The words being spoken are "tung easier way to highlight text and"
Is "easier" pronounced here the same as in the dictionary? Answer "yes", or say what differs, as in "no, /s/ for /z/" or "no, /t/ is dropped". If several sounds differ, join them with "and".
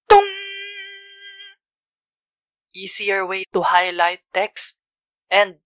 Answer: no, /s/ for /z/